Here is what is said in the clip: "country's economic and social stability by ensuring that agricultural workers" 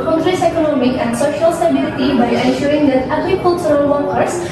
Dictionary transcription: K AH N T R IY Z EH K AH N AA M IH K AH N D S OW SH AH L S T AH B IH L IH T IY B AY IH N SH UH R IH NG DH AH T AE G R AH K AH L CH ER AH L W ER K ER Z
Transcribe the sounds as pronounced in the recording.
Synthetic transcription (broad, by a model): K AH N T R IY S EH K AH N AA M IH K AH N D S OW SH AH L S T AH B IH L IH T IY B AY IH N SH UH R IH NG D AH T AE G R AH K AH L S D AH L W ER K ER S